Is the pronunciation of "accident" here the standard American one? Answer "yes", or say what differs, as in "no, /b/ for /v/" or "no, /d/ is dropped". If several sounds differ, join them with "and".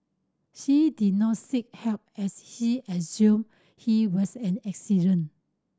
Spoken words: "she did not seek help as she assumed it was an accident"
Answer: no, /t/ is dropped